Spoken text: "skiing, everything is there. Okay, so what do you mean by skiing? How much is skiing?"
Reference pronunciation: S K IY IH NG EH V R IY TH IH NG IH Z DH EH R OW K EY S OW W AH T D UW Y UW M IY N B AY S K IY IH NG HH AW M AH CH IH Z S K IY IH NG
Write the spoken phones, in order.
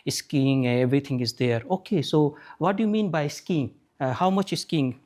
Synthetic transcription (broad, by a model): S K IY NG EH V R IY T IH NG IH Z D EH R OW K EY S OW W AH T D UW Y UW M IY N B AY S K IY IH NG HH AW M AH CH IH S K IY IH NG